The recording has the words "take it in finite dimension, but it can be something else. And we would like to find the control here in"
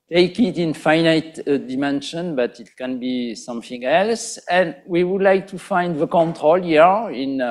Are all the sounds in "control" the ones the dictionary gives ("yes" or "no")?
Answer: yes